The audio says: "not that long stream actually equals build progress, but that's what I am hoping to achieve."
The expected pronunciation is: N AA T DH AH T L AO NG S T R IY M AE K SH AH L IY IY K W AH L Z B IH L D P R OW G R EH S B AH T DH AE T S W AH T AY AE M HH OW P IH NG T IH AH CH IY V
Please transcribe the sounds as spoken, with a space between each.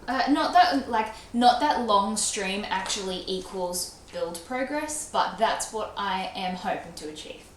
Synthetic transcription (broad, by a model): N AA T DH AH T L AO NG S T R IY M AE K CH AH L IY IY K W AH L Z B IH L D P R OW G R EH S B AH T DH AE T S W AH T AY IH M HH OW P IH NG T IH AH CH IY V